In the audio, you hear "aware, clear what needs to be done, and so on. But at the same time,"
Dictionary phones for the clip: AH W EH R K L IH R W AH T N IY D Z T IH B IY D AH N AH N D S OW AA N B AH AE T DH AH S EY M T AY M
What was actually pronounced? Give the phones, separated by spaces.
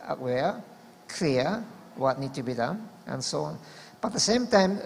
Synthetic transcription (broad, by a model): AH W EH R K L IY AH W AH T N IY D T IH B IY D AH N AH N S OW AA N B AH T DH AH S EY M T AY M